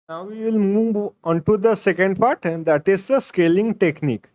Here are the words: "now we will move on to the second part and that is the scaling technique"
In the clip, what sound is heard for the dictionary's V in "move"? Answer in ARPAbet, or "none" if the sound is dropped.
V